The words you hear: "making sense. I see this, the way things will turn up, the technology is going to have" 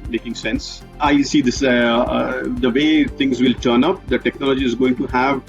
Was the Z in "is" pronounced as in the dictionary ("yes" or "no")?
yes